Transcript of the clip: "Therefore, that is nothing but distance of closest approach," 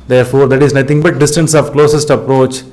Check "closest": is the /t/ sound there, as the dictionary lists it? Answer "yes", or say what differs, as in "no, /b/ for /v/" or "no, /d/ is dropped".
yes